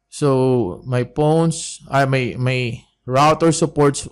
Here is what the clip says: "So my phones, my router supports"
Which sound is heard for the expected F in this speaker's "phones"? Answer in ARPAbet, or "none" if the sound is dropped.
P